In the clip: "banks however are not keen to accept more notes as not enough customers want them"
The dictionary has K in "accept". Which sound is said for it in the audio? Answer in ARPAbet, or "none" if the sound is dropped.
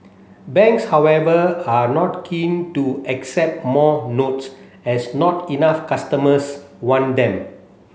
K